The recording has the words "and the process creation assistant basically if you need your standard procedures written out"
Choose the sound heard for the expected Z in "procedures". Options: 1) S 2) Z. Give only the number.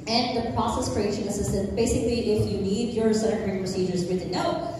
2